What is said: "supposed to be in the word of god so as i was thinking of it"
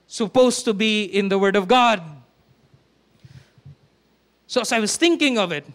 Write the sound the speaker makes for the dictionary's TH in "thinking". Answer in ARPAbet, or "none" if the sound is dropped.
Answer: TH